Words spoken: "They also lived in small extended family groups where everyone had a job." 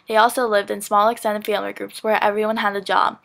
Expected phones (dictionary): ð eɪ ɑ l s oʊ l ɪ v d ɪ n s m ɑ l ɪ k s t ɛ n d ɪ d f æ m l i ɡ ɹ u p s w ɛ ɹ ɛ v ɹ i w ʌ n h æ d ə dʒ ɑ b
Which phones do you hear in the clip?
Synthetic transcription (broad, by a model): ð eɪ ɑ l s oʊ l ɪ v d ɪ n s m ɑ l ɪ k s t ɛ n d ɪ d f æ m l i ɡ ɹ u p s w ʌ ɹ ɛ v ɹ i w ʌ n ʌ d ə dʒ ɑ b